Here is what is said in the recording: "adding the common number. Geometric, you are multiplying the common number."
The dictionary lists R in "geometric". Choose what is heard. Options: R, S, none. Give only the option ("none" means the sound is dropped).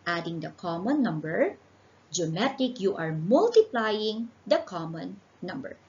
none